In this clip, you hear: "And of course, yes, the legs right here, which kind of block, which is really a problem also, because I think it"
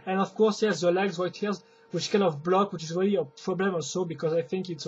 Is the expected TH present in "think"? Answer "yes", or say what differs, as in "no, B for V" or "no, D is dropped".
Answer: yes